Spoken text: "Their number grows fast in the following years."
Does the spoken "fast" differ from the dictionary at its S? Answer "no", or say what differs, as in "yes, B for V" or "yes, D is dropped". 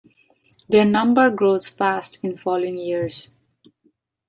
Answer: no